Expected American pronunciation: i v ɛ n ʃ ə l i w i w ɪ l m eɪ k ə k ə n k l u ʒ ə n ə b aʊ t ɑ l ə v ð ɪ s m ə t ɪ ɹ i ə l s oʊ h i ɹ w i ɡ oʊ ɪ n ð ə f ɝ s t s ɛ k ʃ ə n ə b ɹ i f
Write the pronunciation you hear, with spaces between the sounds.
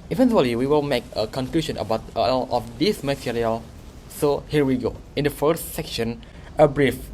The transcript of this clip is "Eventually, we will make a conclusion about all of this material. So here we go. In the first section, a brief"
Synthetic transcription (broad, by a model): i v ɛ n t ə l i w i w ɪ l m eɪ k ə k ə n k l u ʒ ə n ə b aʊ t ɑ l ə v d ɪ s m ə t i ɹ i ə l s oʊ h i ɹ w i ɡ oʊ ɪ n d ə f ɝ s t s ɛ k ʃ ə n ə b ɹ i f